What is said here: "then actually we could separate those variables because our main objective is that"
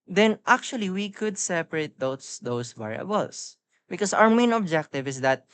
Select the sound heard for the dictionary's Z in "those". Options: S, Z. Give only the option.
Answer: S